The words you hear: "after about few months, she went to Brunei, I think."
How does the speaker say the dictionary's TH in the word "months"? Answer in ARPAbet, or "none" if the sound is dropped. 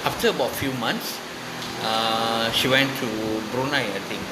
T